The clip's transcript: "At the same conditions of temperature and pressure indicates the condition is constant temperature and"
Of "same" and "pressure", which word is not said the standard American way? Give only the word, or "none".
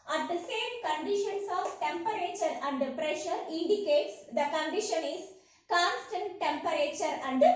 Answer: none